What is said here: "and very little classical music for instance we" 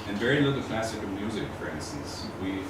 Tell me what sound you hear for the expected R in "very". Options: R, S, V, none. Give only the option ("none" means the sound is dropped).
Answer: R